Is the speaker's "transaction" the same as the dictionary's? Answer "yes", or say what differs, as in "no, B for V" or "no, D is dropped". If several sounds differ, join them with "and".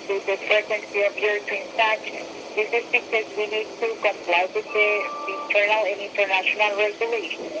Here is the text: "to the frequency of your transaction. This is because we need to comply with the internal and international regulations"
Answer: no, R is dropped